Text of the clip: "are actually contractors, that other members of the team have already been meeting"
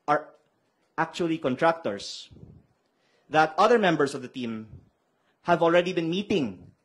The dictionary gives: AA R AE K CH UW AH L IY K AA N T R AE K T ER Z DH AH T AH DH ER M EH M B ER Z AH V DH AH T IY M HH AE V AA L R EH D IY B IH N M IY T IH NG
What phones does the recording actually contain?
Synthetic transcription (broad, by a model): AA R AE K CH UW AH L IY K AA N T R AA K T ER S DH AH T AH DH ER M EH M B ER S AH V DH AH T IY M HH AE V AA L R EH D IY B IH N M IY T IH NG